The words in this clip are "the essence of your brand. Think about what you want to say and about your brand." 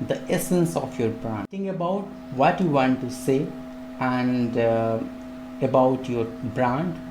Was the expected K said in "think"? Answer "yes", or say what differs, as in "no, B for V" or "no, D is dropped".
no, K is dropped